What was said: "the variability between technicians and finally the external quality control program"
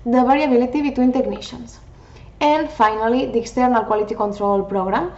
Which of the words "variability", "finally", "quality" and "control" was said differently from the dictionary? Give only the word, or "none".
variability